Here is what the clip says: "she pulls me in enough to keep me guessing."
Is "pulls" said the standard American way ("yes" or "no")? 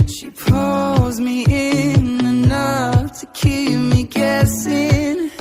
yes